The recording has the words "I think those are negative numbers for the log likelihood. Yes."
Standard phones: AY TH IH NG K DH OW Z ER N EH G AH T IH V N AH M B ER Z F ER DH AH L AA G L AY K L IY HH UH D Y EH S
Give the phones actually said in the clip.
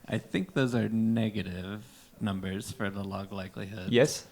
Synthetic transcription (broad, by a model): AY TH IH NG K DH OW Z ER N EH G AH T IH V N AH M B ER Z F ER DH AH L AA G L AY K L IY HH UH D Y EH S